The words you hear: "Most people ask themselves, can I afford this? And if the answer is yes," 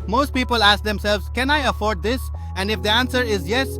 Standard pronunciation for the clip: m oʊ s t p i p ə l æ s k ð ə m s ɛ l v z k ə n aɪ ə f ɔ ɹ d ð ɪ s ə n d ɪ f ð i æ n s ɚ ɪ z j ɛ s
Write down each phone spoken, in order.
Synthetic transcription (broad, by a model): m oʊ s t p i p ə l æ s k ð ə m s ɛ l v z k ə n aɪ ə f ɔ ɹ d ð ɪ s ə n d ɪ f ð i æ n s ɚ ɪ z j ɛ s